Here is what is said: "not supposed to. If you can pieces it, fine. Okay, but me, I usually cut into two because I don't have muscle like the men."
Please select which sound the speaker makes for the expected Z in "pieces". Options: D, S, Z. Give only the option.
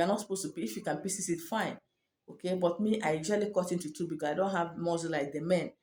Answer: S